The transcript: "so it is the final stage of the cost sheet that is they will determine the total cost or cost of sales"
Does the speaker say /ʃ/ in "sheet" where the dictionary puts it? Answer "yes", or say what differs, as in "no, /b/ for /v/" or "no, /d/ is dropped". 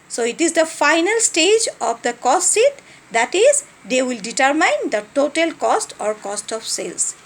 no, /s/ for /ʃ/